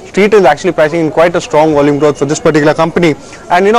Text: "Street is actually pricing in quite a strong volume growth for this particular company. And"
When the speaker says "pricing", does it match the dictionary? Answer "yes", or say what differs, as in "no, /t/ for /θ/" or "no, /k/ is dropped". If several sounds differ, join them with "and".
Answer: no, /ɹ/ is dropped